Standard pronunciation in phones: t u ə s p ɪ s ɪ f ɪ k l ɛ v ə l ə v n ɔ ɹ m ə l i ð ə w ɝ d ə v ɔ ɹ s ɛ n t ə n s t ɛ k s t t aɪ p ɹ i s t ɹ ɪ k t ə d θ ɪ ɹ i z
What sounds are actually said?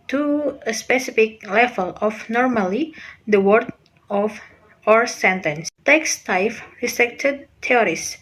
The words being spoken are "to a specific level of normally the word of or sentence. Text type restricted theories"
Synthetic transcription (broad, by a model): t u ə s p ɪ s ɪ f ɪ k l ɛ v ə l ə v n ɔ ɹ m ə l i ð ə w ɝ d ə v ɔ ɹ s ɛ n t ə n s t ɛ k s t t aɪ f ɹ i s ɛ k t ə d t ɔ ɹ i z